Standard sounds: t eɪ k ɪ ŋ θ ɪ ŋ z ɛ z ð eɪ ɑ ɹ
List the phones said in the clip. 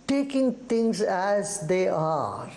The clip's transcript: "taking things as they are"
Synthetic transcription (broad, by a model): t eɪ k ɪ ŋ t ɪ ŋ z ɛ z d eɪ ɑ ɹ